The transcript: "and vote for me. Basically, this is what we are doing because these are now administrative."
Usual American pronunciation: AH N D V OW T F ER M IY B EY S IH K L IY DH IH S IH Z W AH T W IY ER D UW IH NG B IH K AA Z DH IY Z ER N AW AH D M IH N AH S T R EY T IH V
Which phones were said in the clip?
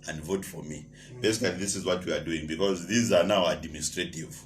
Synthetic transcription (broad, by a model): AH N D V OW T F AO M IY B EY S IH K L IY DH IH S IH Z W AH T W IY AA D UW IH NG B IH K AA Z DH IY Z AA N AW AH D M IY N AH S T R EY T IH V